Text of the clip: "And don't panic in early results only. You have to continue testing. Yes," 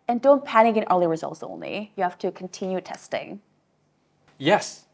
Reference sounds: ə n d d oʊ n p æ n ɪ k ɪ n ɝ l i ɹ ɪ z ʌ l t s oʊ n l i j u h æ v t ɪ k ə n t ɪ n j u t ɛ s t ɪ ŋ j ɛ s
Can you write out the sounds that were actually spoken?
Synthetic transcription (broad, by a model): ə n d d oʊ n p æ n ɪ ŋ ɪ n ɝ l i ɹ ɪ z ʌ l t s oʊ n l i j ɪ h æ f t ɪ k n t ɪ n j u t ɛ s t ɪ ŋ j ɛ s